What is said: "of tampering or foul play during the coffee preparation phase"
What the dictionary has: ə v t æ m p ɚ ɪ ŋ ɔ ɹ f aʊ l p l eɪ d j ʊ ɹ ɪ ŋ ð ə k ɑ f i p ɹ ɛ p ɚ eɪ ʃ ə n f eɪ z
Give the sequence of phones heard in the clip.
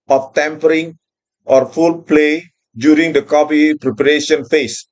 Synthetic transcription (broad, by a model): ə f t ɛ m p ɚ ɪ ŋ ɔ ɹ f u l p l eɪ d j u ɹ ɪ ŋ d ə k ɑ p i p ɹ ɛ p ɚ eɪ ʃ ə n f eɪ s